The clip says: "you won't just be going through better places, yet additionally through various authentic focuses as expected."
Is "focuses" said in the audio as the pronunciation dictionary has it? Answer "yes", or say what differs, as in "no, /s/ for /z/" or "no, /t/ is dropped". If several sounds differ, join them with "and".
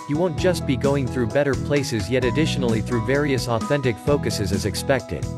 yes